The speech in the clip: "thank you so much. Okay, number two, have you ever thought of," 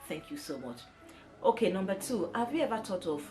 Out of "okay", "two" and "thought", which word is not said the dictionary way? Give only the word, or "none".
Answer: thought